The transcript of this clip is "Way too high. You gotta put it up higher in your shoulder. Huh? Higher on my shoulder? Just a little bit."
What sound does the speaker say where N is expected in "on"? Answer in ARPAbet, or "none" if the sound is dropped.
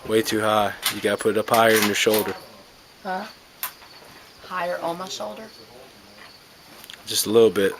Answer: L